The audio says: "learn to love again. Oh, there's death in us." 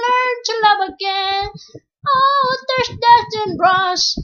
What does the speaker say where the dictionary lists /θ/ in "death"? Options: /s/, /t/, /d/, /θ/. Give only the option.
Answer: /t/